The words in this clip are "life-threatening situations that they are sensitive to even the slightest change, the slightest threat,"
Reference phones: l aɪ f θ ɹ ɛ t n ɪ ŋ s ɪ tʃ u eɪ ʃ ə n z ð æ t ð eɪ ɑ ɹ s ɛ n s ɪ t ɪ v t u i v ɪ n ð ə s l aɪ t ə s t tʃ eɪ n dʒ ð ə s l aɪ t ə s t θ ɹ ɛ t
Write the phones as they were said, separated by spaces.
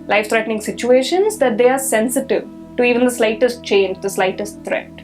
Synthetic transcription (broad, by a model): l aɪ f t ɹ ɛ t n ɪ ŋ s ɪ tʃ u eɪ ʃ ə n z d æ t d eɪ ɑ ɹ s ɛ n s ɪ t ɪ v t u i v ɪ n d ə s l aɪ t ə s t tʃ eɪ n dʒ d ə s l aɪ t ə s t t ɹ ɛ t